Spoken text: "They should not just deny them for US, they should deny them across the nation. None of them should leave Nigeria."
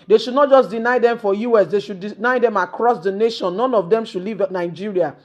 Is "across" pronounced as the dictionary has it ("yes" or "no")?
yes